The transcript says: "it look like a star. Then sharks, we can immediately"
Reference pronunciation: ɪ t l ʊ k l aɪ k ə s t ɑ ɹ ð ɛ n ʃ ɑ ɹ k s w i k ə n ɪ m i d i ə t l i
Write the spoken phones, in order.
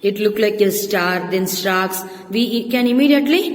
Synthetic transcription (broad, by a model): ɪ t l ʊ k l aɪ k ə s t ɑ ɹ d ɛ n s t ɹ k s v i k ə n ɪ m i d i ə t l i